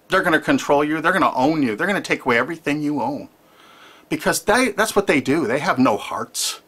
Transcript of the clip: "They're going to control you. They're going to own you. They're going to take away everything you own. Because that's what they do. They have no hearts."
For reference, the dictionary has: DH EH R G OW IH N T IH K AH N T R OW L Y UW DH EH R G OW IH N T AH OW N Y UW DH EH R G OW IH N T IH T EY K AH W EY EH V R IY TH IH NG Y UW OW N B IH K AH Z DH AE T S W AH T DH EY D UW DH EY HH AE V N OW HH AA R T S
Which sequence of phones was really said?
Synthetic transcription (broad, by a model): DH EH R G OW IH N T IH K AH N T R OW L Y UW DH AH R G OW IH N T AH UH N Y UW DH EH R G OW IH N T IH T EY K AH W EY EH V R IY TH IH NG Y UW OW N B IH K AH Z DH AE T S W AH T DH EY D UW DH EY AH V N OW HH AA R T S